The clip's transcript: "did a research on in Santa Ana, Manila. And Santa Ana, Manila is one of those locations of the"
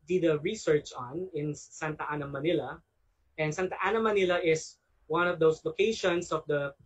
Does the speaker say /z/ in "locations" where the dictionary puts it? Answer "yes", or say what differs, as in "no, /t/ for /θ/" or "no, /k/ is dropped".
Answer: no, /s/ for /z/